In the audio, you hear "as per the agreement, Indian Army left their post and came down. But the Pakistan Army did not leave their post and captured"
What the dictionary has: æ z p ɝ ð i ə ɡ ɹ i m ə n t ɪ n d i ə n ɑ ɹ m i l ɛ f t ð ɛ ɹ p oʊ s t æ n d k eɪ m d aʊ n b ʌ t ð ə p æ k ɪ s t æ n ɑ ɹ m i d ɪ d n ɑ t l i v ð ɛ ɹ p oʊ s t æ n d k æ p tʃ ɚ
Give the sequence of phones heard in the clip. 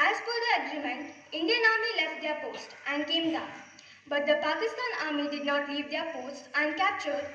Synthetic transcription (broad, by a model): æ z f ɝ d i ə ɡ ɹ i m ə n t ɪ n d i ə n ɑ ɹ m i l ɛ f t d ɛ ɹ p oʊ s t æ n d k eɪ m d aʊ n b ʌ t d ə p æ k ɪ s t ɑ n ɑ ɹ m i d ɪ d n ɑ t l i v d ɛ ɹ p oʊ s t æ n d k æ p tʃ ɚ